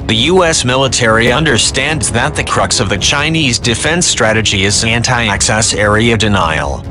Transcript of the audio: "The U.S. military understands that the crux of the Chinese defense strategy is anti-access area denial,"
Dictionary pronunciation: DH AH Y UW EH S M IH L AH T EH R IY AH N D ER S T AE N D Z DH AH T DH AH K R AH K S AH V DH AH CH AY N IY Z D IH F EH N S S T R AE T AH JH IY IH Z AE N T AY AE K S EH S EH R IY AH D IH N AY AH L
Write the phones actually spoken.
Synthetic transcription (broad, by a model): DH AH Y UW EH S M IH L AH T EH R IY AH N D ER S T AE N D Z DH AH T DH AH K R AH K S AH V DH AH CH AY N IY Z D IH F EH N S S T R AE T AH JH IY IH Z AE N T AY AE K S EH S EH R IY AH D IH N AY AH L